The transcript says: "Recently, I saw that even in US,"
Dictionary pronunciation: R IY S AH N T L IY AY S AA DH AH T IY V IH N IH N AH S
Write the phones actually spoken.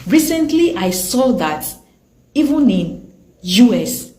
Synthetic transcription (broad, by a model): R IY S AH N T L IY AY S AA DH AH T IY V IH N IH N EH S